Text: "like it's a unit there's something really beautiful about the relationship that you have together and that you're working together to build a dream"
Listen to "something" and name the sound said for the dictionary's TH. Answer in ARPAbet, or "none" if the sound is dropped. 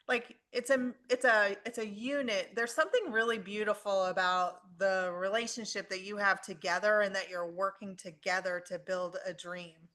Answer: TH